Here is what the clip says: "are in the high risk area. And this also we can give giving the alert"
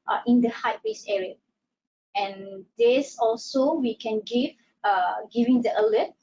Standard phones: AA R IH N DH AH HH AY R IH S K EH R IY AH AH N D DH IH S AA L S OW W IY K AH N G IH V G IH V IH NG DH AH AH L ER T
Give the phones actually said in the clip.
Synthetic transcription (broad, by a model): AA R IH N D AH HH AY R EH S EH R IY AH AH N D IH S AA L S OW W IY K AH N G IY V G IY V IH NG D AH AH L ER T